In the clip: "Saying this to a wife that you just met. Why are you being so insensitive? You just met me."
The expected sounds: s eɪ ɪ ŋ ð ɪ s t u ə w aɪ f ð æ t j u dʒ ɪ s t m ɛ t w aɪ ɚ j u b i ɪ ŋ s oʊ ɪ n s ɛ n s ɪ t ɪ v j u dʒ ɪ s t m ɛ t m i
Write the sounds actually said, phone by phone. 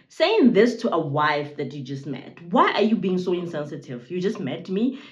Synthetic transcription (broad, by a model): s eɪ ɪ ŋ ð ɪ s t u ə w aɪ f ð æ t j u dʒ ɪ s t m ɛ t w aɪ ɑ j u b i ɪ ŋ s oʊ ɪ n s ɛ n s ɪ t ɪ v j u dʒ ɪ s t m ɛ t m i